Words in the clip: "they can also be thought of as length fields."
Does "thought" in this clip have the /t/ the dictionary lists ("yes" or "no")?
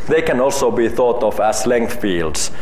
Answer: yes